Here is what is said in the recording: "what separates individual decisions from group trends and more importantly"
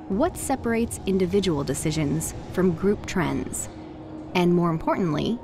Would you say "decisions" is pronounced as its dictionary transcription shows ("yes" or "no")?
yes